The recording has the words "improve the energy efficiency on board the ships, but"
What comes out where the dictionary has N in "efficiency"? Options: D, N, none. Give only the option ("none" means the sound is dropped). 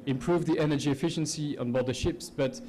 N